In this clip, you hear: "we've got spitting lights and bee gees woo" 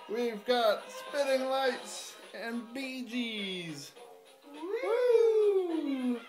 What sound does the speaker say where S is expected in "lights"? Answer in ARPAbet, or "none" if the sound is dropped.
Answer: S